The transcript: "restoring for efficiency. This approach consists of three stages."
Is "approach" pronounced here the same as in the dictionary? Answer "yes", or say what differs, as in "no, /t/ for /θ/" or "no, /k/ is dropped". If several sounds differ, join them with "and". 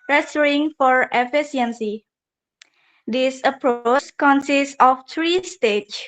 no, /s/ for /tʃ/